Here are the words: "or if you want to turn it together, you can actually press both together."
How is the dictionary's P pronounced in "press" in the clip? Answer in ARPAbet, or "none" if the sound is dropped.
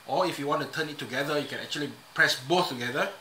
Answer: P